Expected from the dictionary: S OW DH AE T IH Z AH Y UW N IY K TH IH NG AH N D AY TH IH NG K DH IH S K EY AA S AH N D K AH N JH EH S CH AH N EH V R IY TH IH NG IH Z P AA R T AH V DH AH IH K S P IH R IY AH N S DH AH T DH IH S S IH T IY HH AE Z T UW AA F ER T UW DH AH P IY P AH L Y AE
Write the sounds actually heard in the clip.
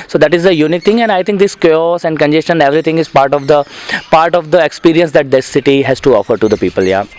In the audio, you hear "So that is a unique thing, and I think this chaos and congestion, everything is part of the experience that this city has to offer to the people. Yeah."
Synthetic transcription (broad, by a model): S OW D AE T IH Z AH Y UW N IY K T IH NG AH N AY T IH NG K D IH S K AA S AH N D K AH N JH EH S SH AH N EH V R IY T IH NG IH Z P AA R T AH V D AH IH K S P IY R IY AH N S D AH T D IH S S IH T IY HH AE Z T UW AA F ER T UW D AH P IY P AH L Y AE